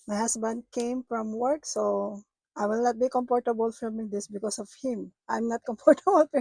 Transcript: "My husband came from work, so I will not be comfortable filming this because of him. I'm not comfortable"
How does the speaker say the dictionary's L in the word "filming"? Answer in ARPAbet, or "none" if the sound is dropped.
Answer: none